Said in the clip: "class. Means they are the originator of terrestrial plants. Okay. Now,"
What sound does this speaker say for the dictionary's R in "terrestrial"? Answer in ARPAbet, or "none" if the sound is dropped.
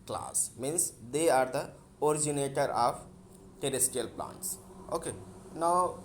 none